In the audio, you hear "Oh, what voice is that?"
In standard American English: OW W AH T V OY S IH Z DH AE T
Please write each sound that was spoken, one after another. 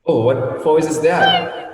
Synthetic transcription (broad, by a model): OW W AH T F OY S IH Z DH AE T